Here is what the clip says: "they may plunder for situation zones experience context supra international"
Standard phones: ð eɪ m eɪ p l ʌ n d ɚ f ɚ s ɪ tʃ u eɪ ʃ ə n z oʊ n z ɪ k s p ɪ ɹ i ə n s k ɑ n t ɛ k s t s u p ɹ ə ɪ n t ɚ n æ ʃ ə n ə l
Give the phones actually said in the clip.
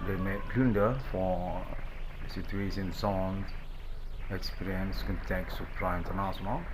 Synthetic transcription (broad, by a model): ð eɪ m eɪ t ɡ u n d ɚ f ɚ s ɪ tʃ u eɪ s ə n s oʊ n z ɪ k s p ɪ ɹ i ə n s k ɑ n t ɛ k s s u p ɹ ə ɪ n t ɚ n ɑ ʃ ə n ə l